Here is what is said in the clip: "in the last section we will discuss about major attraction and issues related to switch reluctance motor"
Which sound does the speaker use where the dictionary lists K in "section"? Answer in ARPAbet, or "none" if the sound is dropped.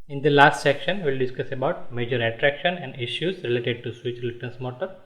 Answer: K